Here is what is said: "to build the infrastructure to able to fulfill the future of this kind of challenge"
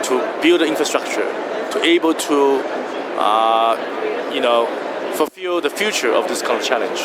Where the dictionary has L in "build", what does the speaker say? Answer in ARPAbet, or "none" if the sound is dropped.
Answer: L